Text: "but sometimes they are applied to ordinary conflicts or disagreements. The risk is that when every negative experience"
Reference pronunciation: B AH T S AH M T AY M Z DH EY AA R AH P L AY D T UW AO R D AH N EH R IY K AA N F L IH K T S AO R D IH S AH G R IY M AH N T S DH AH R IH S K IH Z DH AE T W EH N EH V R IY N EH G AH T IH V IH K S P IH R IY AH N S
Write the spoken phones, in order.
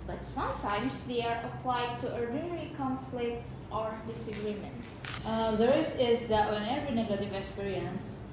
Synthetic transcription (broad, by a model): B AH T S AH M T AY M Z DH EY AA R AH P L AY D T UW AO R D AH N EH R IY K AA N F L IH K T S AO R D IH S AH G R IY M AH N T S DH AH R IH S IH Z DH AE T W EH N EH V R IY N EH G AH T IH V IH K S P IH R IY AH N S